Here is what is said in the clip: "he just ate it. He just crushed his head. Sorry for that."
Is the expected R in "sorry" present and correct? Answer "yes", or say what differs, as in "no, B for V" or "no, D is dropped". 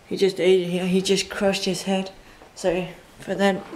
no, R is dropped